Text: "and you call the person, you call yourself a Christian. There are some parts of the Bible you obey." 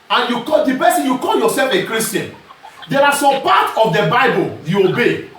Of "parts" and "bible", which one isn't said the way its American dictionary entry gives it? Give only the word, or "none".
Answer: parts